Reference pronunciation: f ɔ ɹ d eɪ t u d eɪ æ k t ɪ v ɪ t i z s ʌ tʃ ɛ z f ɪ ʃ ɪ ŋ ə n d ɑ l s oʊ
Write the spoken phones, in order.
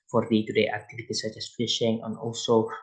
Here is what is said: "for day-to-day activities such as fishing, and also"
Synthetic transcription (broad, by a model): f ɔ ɹ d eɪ t u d eɪ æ k t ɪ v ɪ t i s ʌ tʃ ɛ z f ɪ ʃ ɪ ŋ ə n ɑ l s oʊ